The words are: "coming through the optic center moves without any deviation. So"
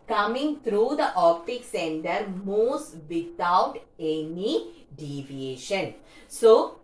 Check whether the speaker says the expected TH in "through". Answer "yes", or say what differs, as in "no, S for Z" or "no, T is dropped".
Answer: no, T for TH